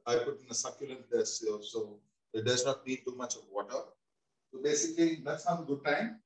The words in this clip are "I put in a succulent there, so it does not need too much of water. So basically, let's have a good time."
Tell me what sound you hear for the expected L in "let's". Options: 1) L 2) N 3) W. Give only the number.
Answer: 2